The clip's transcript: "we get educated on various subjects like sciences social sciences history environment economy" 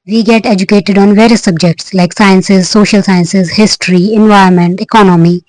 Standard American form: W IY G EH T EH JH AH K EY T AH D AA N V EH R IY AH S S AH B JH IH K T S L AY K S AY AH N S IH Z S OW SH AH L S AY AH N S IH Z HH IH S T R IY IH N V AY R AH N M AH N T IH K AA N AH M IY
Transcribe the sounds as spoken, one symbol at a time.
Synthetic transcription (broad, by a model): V IY G EH T EH JH AH K EY T AH D AA N V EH R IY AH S S AH B JH IH K T S L AY K S AY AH N S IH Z S OW SH AH L S AY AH N S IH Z HH IH S T R IY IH N V AY AH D M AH N T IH K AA N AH M IY